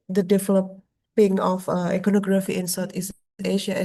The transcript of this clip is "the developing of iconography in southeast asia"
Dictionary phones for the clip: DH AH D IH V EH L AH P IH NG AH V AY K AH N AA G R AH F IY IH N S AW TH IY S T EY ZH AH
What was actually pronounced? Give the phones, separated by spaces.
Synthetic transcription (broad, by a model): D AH D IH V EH L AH P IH NG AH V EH K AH N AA G R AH F IY IH N S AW T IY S EY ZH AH